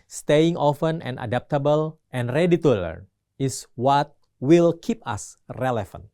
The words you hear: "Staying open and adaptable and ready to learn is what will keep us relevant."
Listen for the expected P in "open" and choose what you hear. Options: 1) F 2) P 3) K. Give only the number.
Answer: 1